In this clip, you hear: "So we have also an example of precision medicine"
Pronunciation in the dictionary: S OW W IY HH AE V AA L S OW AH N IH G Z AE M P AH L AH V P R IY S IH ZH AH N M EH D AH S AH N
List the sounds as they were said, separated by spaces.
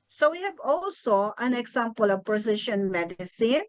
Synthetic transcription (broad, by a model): S OW W IY HH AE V AA L S OW AH N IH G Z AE M P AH L AH V P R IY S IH SH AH N M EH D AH S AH N